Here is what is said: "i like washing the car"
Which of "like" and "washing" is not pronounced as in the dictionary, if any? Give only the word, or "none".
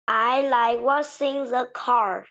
washing